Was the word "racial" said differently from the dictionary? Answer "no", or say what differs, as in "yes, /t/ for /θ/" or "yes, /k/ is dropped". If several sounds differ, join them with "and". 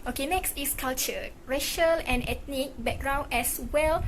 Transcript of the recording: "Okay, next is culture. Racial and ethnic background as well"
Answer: no